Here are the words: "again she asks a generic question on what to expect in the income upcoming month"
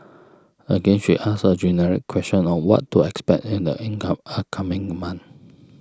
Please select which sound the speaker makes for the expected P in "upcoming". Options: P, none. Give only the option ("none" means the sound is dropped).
none